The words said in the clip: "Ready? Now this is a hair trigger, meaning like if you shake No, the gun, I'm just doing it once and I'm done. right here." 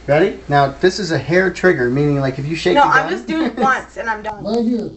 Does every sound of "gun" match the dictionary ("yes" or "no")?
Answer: no